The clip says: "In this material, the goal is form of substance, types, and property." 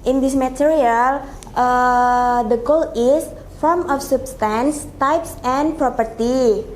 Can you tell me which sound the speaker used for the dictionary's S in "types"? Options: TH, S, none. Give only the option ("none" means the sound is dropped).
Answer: S